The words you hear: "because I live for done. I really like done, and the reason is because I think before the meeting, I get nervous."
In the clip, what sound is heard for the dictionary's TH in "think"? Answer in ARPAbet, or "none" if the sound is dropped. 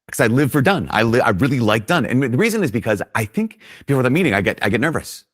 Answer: TH